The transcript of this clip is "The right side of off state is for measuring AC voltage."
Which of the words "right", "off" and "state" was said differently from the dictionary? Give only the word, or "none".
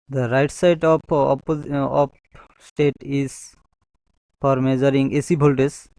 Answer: off